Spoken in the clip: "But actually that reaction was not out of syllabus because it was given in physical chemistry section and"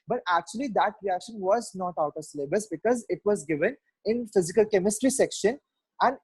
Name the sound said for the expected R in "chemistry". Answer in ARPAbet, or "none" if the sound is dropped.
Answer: R